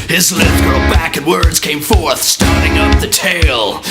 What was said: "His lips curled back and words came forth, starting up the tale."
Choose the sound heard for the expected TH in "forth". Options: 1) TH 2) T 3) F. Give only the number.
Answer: 1